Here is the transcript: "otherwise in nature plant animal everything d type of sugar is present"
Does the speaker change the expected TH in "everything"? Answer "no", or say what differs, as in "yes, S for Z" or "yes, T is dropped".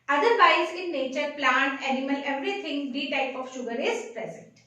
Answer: yes, T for TH